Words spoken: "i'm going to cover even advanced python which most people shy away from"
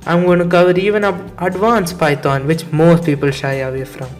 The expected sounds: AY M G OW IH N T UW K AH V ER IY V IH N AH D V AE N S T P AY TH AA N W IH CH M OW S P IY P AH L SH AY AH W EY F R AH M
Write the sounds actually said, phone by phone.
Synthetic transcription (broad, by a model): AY M G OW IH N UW K AH V ER IY V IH N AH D V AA N S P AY T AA N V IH CH M OW S P IY P AH L SH AY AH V EY F R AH M